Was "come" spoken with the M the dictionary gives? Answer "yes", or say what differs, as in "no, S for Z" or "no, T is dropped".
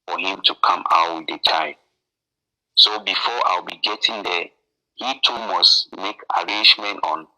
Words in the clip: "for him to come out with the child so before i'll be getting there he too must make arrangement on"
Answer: yes